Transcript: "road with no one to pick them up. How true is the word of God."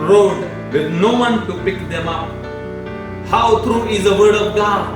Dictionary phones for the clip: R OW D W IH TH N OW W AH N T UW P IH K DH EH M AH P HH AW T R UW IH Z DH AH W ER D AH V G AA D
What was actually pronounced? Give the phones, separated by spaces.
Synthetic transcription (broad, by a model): R OW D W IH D N OW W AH N T UW P IH K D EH M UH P HH AW T R UW IH Z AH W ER D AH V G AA